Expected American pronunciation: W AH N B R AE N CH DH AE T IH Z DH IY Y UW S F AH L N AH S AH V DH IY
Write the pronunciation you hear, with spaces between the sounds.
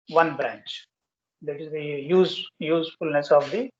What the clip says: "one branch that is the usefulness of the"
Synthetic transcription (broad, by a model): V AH N B R AE N CH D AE T IH Z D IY Y UW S F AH L N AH S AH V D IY